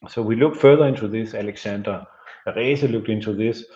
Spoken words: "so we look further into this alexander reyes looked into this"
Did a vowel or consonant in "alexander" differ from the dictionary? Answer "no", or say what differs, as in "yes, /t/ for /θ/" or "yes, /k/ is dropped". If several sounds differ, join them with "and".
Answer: yes, /s/ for /z/